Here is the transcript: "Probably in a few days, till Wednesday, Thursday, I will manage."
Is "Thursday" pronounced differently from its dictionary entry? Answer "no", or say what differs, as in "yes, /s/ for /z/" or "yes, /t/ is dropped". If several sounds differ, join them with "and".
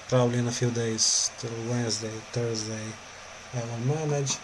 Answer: yes, /t/ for /θ/